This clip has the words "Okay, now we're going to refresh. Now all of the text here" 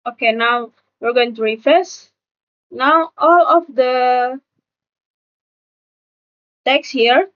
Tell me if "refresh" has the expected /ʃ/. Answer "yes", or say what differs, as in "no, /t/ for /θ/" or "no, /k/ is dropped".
no, /s/ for /ʃ/